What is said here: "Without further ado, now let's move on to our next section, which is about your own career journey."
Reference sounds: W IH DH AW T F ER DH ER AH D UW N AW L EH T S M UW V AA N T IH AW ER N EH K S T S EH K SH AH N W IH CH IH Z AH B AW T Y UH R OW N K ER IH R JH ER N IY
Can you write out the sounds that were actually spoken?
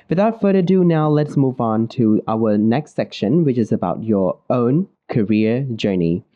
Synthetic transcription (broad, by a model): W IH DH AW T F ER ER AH D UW N AW L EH T S M UW V N T IH AW ER N EH K S T S EH K SH AH N W IH CH IH Z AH B AW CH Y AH R OW N K ER IH R JH ER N IY